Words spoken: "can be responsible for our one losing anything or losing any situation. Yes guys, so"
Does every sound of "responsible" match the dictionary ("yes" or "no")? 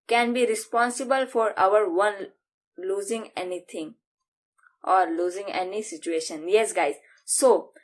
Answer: yes